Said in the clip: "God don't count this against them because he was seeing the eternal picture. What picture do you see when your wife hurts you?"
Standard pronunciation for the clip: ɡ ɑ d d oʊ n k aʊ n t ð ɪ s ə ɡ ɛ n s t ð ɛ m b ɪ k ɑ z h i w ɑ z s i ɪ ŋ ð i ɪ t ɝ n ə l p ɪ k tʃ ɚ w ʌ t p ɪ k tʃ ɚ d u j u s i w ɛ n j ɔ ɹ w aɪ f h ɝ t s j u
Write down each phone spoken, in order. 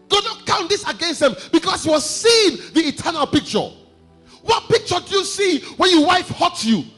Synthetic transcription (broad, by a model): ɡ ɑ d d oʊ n k aʊ n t ð ɪ s ə ɡ ɛ n s t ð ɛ m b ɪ k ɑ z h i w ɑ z s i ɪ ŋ ð i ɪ t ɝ n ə l p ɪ k tʃ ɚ w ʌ t p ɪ k tʃ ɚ d u j u s i w ɛ n j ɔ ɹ w aɪ f h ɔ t j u